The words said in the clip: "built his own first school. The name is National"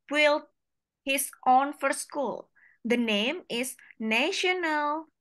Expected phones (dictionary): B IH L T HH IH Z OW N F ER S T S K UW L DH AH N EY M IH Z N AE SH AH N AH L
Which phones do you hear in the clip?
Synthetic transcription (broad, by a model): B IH L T HH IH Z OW N F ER T S K UW L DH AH N EY M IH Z N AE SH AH N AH L